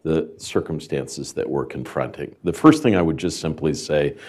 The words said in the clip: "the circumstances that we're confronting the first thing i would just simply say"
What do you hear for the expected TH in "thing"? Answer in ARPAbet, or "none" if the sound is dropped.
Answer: TH